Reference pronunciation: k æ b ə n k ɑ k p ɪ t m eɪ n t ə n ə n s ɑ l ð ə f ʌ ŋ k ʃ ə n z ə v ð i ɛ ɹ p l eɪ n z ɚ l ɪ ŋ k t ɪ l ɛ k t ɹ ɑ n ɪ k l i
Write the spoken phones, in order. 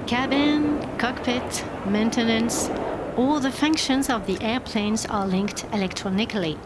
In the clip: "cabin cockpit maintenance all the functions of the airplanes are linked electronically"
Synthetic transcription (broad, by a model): k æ b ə n k ɑ k p ɪ t m eɪ n t ə n ə n s ɑ l ð ə f ʌ ŋ k ʃ ə n z ə v ð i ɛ ɹ p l eɪ n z ɚ l ɪ ŋ k t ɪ l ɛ k t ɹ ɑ n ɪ k l i